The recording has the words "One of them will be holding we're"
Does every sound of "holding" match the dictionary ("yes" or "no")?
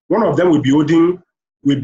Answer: no